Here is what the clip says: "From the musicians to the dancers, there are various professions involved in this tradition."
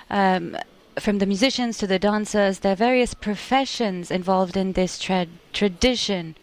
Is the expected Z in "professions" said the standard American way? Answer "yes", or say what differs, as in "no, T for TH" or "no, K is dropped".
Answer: yes